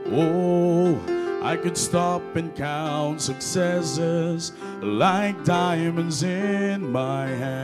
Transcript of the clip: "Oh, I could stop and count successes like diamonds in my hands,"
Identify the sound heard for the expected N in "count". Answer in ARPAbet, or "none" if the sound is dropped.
N